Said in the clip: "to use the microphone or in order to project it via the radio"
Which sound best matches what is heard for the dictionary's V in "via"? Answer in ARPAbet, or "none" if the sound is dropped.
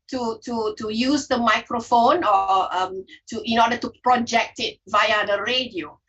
V